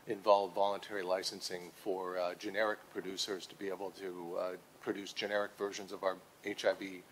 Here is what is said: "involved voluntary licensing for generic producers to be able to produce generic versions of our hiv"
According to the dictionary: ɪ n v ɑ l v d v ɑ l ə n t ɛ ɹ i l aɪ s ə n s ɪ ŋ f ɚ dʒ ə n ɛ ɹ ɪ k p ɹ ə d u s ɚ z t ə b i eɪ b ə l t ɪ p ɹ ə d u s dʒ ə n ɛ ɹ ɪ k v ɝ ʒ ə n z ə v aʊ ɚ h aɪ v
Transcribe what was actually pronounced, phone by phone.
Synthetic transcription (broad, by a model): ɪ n v ɑ l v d v ɑ l ə n t ɛ ɹ i l aɪ s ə n s ɪ ŋ f ɚ dʒ ə n ɛ ɹ ɪ k p ɹ ə d u s ɚ z t ə b i eɪ b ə l t ɪ p ɹ ə d u s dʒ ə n ɛ ɹ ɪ k v ɝ ʒ ə n z ə v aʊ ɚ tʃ aɪ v